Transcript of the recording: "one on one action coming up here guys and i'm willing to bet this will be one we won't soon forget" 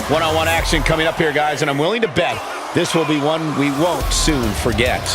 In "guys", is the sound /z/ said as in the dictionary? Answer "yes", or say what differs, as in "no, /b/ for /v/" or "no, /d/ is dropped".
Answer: yes